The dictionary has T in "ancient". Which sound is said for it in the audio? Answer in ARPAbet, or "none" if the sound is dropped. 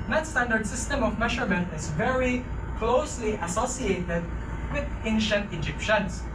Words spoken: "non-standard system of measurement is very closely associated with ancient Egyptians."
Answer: T